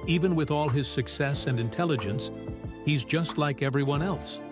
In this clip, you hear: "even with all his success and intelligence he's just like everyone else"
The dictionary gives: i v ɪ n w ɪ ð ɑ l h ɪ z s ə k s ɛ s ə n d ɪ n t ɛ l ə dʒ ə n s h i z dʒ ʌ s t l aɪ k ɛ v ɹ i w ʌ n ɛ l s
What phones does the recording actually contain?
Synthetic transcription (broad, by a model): i v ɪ n w ɪ ð ɑ l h ɪ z s ə k s ɛ s ə n d ɪ n t ɛ l ə dʒ ə n s h i z dʒ ʌ s t l aɪ k ɛ v ɹ i w ʌ n ɛ l s